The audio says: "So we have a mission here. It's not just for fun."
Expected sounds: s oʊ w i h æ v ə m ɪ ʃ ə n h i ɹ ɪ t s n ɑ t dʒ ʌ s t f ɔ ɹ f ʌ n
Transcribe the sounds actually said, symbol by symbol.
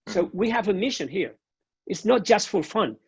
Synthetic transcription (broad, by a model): s oʊ w i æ v ə m ɪ ʃ ə n h i ɹ ɪ t s n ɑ t dʒ ʌ s t f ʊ l f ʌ n